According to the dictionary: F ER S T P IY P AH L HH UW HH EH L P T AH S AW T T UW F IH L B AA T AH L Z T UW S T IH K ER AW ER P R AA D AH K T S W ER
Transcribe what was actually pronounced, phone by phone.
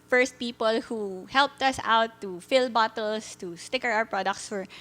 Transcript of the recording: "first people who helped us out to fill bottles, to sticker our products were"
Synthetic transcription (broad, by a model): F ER S T P IY P AH L HH UW HH EH L P T AH S AW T T UW F IH L B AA T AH L S T UW S T IH K ER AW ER P R AA D AH K T S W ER